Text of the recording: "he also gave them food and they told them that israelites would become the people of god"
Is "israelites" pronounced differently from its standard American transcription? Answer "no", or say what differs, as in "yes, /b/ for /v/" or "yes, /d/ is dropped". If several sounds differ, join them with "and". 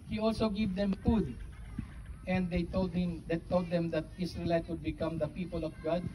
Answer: yes, /s/ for /z/ and /s/ is dropped